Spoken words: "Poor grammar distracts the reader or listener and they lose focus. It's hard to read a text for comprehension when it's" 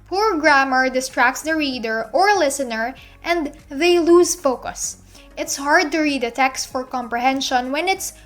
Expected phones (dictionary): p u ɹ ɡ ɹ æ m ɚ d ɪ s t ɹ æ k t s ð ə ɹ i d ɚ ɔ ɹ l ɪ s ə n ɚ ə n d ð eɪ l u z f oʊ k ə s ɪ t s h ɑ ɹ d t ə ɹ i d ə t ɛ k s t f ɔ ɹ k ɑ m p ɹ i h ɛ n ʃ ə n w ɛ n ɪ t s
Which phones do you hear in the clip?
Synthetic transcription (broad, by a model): p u ɹ ɡ ɹ æ m ɚ d ɪ s t ɹ æ k t s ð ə ɹ i d ɚ ɔ ɹ l ɪ s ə n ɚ ə n d ð eɪ l u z f oʊ k ə s ɪ t s h ɑ ɹ d t ə ɹ i d ə t ɛ k s t f ɔ ɹ k ɑ m p ɹ i h ɛ n ʃ ə n w ɛ n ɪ t s